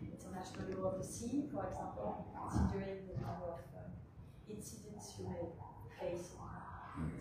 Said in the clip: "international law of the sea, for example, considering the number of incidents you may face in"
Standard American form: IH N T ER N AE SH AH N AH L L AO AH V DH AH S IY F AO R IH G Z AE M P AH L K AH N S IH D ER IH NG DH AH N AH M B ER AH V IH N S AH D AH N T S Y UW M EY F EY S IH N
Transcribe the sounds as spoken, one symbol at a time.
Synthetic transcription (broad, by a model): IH N T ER N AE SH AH N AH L L AO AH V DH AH S IY F AO R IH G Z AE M P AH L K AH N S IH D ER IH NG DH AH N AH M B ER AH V IH N S AH D AH N T S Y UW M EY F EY IH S